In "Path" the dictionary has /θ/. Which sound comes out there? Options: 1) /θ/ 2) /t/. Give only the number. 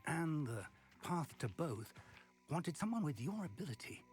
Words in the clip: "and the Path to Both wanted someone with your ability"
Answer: 1